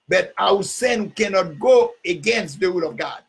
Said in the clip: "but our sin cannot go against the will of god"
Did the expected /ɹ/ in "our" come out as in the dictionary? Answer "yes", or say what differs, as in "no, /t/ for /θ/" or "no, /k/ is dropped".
no, /w/ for /ɹ/